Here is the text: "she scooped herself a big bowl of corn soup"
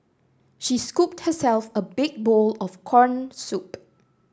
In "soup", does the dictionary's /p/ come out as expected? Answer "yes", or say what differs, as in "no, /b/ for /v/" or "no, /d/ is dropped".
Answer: yes